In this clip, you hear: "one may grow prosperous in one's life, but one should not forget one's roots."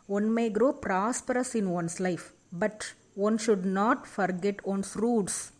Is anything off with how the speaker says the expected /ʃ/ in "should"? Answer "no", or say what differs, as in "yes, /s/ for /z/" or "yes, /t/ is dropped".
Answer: no